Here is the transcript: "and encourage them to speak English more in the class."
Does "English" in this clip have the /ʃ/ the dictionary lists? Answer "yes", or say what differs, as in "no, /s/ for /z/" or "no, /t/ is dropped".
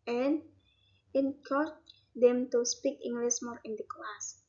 no, /s/ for /ʃ/